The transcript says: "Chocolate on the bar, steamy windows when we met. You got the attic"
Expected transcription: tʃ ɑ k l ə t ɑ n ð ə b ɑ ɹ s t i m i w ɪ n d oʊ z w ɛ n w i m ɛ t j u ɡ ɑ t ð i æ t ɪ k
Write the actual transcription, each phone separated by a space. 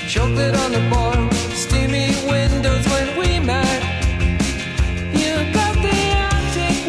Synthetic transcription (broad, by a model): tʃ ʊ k l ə t n ð ə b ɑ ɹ s t i m i w ɪ n d oʊ z w ɛ n w i m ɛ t j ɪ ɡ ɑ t ð i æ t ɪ